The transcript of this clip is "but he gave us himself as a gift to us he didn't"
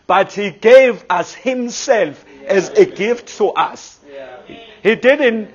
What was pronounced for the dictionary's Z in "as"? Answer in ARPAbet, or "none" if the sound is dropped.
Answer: Z